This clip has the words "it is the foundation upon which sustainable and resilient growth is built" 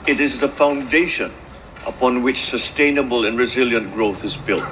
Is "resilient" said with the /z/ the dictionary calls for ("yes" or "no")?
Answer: yes